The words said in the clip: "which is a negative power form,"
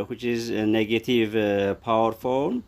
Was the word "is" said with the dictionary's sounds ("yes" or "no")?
yes